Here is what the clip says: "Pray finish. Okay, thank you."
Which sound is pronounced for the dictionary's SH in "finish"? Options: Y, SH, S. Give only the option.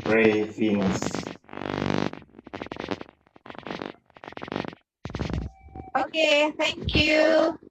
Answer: S